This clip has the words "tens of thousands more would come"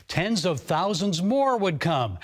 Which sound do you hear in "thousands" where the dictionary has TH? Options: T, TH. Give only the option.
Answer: TH